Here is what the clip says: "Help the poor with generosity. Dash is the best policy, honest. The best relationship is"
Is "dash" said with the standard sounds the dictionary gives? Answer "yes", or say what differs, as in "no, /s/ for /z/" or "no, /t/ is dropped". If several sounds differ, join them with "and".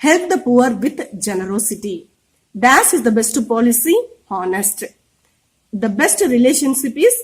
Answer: no, /s/ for /ʃ/